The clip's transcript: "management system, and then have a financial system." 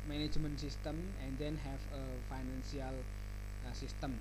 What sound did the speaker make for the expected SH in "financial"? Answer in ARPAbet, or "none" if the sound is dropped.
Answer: S